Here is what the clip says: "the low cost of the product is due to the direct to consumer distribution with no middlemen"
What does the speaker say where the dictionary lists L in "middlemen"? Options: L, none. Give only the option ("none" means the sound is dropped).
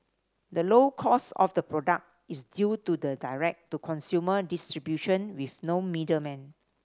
none